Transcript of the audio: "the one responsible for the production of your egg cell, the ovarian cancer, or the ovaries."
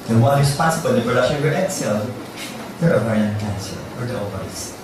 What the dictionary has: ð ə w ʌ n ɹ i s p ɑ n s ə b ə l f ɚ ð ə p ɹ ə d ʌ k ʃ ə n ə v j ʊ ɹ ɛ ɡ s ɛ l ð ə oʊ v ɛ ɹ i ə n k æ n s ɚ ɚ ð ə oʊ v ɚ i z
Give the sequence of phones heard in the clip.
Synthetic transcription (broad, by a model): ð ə w ʌ n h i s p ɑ s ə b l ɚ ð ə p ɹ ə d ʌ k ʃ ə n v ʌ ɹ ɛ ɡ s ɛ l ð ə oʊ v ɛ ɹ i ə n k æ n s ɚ ɚ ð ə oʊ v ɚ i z